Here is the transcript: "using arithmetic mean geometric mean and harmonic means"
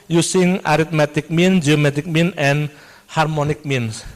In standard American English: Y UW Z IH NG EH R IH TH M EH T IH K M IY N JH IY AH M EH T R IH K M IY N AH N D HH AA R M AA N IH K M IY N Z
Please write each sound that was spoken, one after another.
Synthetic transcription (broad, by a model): Y UW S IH NG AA R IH T M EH T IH K M IY N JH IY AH M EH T IH K M IY N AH N HH AA R M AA N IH K M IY N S